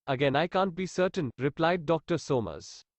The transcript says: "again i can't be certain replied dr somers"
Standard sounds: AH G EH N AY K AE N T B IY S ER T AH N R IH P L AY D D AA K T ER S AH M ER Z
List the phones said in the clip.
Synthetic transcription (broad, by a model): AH G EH N AY K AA N T B IY S ER T AH N R IH P L AY D D AA K T ER S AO M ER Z